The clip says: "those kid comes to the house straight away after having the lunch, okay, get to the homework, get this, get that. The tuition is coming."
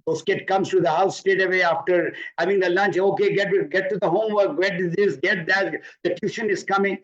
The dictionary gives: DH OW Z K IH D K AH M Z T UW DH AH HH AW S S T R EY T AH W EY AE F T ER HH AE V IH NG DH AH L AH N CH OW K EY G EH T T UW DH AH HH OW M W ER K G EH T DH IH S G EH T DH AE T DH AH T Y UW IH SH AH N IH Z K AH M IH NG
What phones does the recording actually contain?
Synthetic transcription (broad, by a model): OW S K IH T K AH M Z T UW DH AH HH AW S S T EY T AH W EY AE F T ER HH AE V IH NG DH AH L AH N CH OW K EY G EH T T UW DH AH HH OW M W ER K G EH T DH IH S G EH T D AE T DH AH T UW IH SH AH N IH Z K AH M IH NG